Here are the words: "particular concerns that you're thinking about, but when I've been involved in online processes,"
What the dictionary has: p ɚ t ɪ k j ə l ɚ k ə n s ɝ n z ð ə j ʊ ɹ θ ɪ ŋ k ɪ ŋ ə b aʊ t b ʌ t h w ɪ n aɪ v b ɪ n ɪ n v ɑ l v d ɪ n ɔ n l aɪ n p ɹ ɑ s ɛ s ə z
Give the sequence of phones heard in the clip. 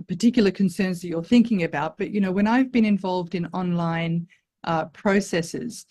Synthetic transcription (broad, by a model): p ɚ t ɪ k j l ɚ k ə n s ɝ n z ð ə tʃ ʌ ɹ θ ɪ ŋ k ɪ ŋ ə b aʊ t b ʌ t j w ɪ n aɪ v b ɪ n ɪ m v ɑ l v d ɪ n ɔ n l aɪ n p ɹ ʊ s ɛ s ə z